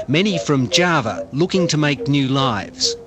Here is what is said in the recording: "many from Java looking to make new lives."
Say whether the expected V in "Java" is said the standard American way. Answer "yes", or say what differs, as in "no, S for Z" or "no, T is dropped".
yes